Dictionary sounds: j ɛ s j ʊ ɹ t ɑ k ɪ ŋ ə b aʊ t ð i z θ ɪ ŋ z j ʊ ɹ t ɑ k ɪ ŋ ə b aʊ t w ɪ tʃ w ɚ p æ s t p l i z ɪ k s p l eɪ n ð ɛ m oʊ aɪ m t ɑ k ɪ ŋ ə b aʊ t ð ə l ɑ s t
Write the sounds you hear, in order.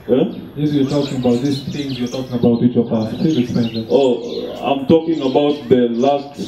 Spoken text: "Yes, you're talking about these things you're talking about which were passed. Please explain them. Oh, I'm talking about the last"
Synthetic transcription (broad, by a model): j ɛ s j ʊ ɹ t ɑ k ɪ ŋ ə b aʊ t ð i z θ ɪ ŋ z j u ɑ t ɑ k ɪ ŋ ə b aʊ t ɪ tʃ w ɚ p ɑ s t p i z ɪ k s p eɪ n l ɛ oʊ aɪ m t ɑ k ɪ ŋ ə b aʊ t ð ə l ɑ s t